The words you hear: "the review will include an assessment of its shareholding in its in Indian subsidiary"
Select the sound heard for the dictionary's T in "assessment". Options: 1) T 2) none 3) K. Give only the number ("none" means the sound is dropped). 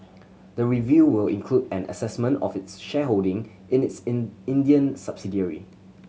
1